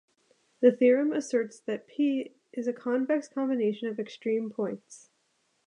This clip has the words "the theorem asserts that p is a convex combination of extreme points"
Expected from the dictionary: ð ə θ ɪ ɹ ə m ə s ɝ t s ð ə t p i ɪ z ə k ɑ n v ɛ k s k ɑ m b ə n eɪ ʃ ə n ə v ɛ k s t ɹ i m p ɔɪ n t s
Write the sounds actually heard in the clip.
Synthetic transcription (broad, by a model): ð ə θ ɪ ɹ ə m ə s ɝ t s ð ə t p i ɪ z ə k ɑ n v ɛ k s k ɑ m b ə n eɪ ʃ ə n ə v ɛ k s t ɹ i m p ɔɪ n t s